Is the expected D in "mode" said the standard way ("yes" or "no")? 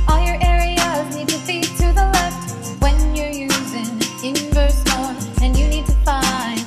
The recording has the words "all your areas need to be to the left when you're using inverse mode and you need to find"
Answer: no